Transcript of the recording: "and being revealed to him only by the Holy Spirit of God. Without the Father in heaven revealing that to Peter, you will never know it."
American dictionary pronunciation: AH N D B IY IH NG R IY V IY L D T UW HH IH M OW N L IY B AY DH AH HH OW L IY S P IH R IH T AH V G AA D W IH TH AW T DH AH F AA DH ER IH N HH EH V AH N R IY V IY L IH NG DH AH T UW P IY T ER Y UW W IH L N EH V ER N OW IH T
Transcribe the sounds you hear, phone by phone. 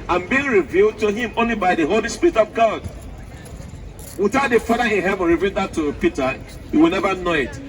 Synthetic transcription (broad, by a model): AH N B IY IH NG R IY V IY L D T UW HH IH M OW N L IY B AY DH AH HH OW L IY S P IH R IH T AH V G AA D W IH TH AW T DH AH F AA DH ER IH N HH EH V AH N R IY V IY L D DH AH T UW P IY T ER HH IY W IH L N EH V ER N OW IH T